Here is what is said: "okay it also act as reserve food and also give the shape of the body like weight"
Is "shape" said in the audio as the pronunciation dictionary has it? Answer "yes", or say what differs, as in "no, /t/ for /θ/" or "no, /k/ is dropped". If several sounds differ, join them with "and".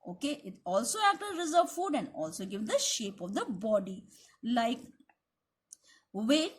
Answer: yes